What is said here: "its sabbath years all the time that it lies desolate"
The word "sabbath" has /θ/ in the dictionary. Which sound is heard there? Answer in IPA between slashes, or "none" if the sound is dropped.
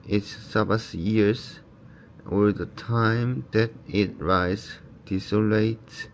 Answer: /s/